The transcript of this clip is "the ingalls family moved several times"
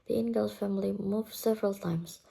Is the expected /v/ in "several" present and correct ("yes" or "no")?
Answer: yes